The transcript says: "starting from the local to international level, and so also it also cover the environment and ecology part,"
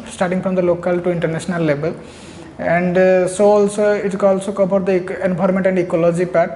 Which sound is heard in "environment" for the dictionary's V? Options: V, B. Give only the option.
B